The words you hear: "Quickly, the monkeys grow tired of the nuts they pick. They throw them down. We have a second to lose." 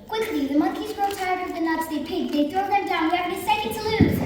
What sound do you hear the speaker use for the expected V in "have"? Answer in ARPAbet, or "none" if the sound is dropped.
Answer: B